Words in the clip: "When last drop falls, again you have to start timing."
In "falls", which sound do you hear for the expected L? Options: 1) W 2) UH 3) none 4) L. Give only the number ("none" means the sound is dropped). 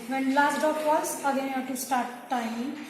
3